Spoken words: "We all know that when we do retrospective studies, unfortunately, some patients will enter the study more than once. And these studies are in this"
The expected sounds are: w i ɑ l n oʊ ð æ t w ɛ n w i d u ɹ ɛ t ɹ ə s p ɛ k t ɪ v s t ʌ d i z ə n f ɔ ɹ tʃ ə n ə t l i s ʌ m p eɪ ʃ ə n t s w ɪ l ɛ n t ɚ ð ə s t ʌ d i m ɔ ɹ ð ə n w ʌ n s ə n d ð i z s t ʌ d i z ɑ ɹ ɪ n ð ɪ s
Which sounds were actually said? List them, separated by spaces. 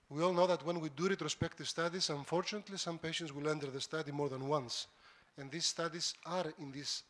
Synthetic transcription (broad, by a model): w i ɑ l n oʊ ð æ t w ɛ n w i d u ɹ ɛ t ɹ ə s p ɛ k t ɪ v s t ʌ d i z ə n f ɔ ɹ tʃ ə n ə t l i s ʌ m p eɪ ʃ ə n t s w ɪ l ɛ n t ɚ ð ə s t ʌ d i m ɔ ɹ ð ə n w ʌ n s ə n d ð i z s t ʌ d i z ɑ ɹ ɪ n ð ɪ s